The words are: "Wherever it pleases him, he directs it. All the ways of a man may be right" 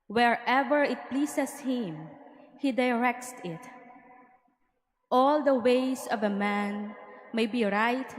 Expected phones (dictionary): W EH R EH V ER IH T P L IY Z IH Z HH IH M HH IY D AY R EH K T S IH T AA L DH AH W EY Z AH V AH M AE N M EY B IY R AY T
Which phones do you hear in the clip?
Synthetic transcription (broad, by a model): W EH R EH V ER IH T P L IY S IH S HH IH M HH IY D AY R EH K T S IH T AA L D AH W EY S AH V AH M AE N M EY B IY R AY T